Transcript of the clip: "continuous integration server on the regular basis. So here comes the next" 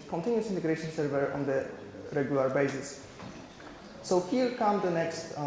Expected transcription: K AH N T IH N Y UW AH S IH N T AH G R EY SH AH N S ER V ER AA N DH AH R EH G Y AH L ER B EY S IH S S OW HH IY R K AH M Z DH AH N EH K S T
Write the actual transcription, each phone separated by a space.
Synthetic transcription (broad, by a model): K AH N T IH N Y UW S IH N T AH G R EY SH AH N S ER V ER AA N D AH R EH G Y AH L ER B EY S IH S S OW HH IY L K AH M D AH N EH K S T